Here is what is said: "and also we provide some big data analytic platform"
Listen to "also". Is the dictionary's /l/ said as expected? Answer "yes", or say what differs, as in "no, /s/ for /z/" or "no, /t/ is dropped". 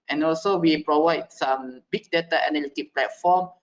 yes